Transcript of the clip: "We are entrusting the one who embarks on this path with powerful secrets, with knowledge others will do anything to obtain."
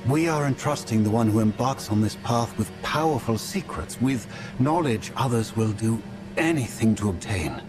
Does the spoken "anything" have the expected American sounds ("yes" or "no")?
yes